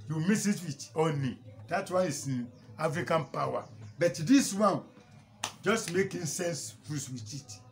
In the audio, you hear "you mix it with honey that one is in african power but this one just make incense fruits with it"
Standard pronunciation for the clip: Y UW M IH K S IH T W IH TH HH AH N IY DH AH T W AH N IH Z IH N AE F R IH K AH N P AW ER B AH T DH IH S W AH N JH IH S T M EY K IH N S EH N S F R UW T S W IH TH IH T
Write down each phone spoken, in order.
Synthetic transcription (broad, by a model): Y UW M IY S IH T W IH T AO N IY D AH T W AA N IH S IH N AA F R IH K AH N P AW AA B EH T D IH S W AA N JH IH S T M EY K IH N S EH N S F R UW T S W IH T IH T